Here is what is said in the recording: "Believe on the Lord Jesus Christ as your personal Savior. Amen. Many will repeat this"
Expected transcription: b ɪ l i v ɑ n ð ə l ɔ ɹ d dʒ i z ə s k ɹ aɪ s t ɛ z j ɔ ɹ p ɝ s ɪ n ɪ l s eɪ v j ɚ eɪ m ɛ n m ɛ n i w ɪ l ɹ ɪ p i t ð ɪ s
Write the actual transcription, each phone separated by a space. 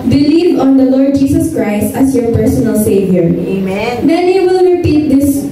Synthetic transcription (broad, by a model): b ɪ l i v ɑ n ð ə l ɔ ɹ d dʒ i s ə s k ɹ aɪ s t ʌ s j ɔ ɹ p ɝ s ɪ n ɪ l s eɪ v j ɚ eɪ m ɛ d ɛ n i w ɪ l ɹ ɪ p i t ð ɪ s